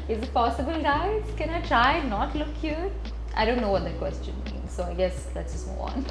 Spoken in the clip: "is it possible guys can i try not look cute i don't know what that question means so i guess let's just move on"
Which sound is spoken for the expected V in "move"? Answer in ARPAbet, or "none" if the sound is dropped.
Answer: none